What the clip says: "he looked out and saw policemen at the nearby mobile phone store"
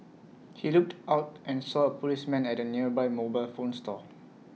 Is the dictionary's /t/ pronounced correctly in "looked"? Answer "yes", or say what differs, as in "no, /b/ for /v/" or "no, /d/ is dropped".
yes